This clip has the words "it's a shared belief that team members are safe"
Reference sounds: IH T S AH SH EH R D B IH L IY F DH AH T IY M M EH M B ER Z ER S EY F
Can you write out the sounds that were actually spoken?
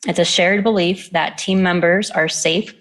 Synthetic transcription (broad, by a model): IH T S AH SH EH R D B IH L IY F DH AH T IY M M EH M B ER Z ER S EY F